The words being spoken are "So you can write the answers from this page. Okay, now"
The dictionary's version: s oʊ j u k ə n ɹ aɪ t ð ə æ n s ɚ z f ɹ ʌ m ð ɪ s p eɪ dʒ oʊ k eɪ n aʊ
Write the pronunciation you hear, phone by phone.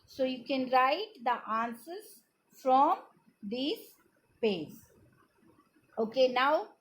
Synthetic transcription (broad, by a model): s oʊ j u k ə n ɹ aɪ t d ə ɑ n s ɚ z f ɹ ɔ m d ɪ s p eɪ z oʊ k eɪ n aʊ